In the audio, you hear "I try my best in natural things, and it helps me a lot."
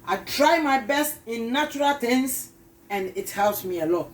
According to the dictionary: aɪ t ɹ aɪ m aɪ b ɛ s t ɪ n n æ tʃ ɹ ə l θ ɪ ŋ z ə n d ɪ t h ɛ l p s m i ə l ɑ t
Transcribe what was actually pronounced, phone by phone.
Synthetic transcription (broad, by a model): aɪ t ɹ aɪ m aɪ b ɛ s t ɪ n n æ tʃ ɹ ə l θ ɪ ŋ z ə n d ɪ t h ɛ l s m i ə l ɑ t